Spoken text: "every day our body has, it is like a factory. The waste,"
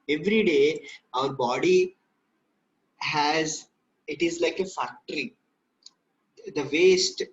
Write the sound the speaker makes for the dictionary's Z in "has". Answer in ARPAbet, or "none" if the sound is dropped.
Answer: Z